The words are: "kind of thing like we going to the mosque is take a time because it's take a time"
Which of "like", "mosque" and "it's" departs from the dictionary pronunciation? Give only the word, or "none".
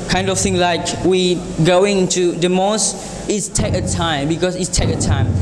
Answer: mosque